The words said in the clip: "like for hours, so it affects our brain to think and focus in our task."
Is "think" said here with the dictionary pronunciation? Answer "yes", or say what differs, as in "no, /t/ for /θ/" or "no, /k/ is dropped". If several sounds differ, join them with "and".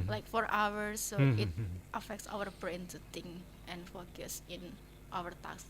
no, /t/ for /θ/ and /k/ is dropped